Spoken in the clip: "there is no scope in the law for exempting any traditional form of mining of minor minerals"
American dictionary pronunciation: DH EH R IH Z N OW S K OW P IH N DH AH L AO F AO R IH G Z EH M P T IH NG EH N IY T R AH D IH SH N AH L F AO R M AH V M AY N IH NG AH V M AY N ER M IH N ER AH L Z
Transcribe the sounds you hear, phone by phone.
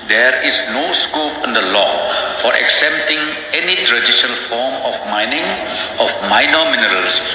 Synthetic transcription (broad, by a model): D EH R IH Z N OW S K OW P IH N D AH L AO F AO R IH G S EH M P T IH NG EH N IY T R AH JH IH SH AH L F AO R M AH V M AY N IH NG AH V M AY N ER M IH N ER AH L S